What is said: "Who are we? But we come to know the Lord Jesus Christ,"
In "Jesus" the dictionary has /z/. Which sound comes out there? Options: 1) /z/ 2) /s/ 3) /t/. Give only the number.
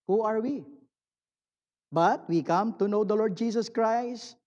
2